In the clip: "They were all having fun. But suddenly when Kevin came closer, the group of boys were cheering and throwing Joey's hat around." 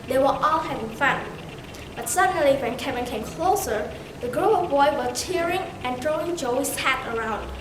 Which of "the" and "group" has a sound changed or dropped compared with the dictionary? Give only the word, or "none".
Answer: group